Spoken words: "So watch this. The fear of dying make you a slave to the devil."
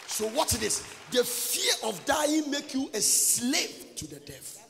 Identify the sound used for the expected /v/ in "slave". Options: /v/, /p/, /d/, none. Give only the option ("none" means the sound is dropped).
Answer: /p/